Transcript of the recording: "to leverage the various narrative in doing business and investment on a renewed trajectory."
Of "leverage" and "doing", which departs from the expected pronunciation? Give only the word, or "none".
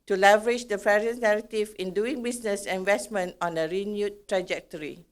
none